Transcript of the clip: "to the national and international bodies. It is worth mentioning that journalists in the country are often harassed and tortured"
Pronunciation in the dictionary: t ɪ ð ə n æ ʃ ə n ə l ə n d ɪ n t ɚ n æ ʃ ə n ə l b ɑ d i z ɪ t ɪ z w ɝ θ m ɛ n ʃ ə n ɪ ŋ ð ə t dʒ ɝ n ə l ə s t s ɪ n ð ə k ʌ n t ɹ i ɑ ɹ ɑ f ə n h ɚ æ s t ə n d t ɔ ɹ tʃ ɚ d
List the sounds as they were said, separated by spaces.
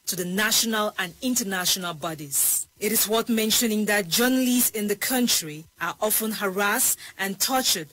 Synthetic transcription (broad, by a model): t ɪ ð ə n æ ʃ ə n ə l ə n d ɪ n t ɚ n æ ʃ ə n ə l b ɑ d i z ɪ t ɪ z w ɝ t m ɛ n ʃ ə n ɪ ŋ ð ə t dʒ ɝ n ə l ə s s ɪ n ð ə k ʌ n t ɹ i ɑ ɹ ɑ f ə n h ɚ æ s t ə n t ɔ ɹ tʃ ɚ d